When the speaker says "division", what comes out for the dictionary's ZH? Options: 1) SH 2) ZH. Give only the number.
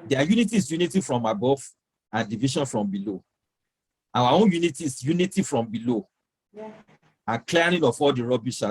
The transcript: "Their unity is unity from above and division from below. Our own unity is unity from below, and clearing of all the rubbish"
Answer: 1